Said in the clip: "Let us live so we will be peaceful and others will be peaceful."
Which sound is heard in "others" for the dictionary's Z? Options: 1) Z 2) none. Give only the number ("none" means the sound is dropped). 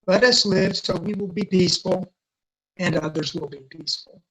1